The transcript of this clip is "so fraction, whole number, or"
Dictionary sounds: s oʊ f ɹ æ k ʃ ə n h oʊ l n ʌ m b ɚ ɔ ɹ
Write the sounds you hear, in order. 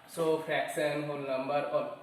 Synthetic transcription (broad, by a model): s oʊ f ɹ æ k s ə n h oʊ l n ʌ m b ɚ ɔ ɹ